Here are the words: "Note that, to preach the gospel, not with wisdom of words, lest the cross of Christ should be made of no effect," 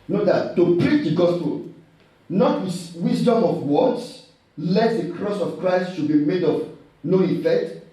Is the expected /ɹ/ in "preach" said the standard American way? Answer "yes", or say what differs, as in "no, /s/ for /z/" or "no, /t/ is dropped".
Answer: yes